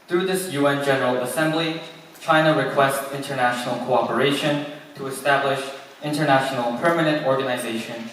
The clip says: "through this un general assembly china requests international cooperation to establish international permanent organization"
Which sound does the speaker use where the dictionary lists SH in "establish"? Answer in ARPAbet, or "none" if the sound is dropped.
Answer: SH